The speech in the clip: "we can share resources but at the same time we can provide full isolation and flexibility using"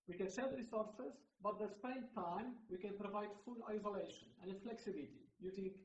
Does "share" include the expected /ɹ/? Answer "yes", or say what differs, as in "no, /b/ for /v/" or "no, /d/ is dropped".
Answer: no, /l/ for /ɹ/